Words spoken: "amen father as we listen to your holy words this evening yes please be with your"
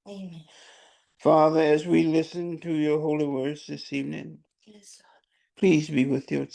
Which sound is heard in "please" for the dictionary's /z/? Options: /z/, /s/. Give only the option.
/z/